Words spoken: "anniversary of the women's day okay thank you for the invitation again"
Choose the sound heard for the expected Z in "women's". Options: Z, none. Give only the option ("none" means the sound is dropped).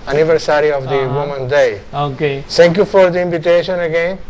none